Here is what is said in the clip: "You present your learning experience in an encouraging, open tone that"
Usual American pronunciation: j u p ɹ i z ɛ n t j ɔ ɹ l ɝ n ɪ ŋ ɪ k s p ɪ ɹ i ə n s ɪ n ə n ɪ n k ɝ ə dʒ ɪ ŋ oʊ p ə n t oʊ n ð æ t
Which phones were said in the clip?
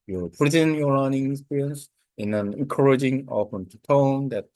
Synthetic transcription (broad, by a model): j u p i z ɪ n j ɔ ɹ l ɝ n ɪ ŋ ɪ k s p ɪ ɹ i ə n s ɪ n ə n ɪ n k ɝ ə dʒ ɪ ŋ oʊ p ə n t oʊ n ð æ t